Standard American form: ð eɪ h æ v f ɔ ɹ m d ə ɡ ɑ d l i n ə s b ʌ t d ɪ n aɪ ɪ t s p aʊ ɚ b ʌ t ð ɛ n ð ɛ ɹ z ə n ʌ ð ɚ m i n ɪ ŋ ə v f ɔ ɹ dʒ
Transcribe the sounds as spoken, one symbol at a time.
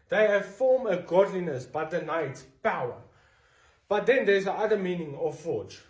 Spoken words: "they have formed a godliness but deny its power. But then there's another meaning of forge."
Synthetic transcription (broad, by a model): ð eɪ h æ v f ɔ m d ə ɡ ɑ d l i n ə s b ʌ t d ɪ n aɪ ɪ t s p aʊ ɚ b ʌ t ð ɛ n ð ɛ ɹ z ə ʌ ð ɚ m i n ɪ ŋ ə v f ɔ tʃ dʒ